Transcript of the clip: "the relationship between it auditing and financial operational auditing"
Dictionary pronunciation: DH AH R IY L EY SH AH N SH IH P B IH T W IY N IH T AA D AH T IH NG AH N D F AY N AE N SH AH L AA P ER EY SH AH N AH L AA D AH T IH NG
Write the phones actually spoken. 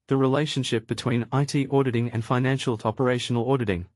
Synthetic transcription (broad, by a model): DH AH R IY L EY SH AH N SH IH P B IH T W IY N IH T AA D AH T IH NG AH N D F AY N AE N SH AH L AA P ER EY SH AH N AH L AA D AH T IH NG